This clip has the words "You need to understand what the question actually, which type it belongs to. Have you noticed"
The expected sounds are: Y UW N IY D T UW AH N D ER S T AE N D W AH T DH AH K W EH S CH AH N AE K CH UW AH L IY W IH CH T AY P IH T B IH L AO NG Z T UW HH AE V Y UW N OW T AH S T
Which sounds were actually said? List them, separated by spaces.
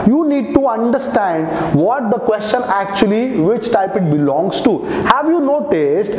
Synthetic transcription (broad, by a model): Y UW N IY D T UW AH N D ER S T AE N D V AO T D AH K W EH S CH AH N AE K CH UW AH L IY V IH CH T AY P IH T B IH L AO NG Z T UW HH AE V Y UW N OW T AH S T